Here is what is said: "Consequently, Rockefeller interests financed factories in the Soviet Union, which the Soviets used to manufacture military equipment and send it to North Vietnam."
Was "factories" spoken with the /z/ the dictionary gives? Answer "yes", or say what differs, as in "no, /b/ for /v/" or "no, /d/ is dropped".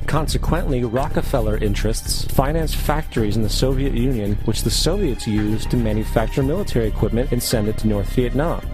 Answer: yes